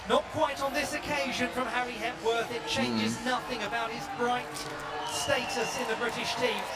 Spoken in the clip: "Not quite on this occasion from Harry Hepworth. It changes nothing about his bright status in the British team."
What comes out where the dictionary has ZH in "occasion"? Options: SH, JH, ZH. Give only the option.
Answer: ZH